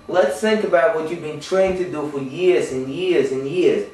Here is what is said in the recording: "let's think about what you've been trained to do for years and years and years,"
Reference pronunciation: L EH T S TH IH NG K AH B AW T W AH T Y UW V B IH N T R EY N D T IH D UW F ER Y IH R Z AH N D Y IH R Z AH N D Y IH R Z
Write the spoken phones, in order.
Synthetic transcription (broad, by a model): L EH T S TH IH NG K AH B AW T W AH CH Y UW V B IH N T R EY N T IH D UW F ER Y IH R Z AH N Y IH R Z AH N Y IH R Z